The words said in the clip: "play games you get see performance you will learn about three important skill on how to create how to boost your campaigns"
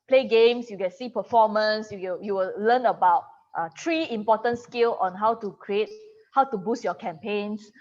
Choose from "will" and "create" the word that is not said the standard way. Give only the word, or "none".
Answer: will